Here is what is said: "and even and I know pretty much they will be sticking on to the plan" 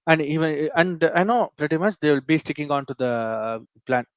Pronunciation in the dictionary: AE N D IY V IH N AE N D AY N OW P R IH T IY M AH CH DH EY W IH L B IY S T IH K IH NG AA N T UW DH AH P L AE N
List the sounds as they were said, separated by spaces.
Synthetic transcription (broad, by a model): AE N D IY V IH N AE N D AY N OW P R IH T IY M AH CH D EY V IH L B IY S T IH K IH NG AA N T UW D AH P L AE N